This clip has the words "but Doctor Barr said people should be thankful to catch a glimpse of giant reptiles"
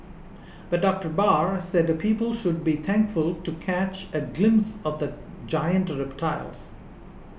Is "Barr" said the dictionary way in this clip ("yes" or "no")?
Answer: yes